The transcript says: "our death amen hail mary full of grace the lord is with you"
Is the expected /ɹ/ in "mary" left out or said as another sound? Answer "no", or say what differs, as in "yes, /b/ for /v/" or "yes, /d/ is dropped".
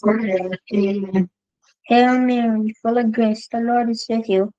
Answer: yes, /w/ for /ɹ/